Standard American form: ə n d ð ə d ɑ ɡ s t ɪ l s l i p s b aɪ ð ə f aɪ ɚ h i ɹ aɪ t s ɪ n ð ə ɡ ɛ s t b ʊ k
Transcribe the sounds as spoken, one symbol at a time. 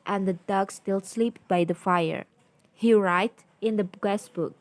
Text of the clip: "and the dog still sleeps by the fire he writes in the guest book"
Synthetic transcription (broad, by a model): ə n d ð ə d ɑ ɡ s t ɪ l s l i p b aɪ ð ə f aɪ ɚ h i ɹ aɪ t ɪ n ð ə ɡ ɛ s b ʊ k